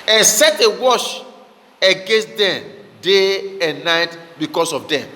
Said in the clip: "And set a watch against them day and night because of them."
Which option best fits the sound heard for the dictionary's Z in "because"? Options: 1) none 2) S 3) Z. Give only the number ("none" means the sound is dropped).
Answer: 2